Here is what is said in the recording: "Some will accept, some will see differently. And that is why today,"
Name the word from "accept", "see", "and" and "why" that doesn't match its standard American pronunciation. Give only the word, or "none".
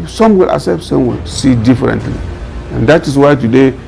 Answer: accept